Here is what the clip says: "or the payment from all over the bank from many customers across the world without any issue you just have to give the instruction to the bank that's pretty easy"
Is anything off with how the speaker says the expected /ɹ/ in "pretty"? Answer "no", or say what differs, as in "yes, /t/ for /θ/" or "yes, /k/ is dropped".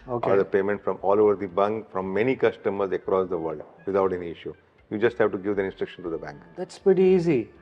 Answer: no